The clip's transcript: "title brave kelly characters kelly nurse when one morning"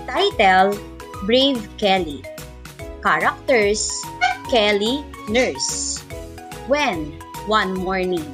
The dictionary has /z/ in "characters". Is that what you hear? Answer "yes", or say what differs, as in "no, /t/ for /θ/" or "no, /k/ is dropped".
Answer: no, /s/ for /z/